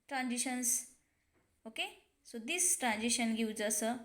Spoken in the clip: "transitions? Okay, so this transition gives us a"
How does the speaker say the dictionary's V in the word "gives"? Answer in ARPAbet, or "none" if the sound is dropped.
W